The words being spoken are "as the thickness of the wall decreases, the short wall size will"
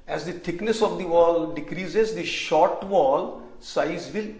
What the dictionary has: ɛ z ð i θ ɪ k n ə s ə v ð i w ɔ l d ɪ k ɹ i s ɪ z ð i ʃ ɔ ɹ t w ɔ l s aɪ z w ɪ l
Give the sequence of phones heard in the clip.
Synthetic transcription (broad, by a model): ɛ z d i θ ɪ k n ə s ə v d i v ɔ l d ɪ k ɹ i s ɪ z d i ʃ ɔ ɹ t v ɔ l s aɪ z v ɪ l